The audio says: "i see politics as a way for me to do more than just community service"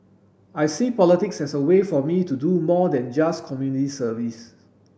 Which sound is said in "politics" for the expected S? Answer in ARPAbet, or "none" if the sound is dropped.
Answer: S